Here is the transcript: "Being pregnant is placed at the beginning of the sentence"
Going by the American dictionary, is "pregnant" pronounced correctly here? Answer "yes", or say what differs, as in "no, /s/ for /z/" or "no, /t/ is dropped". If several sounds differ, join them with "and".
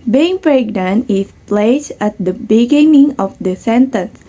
no, /t/ is dropped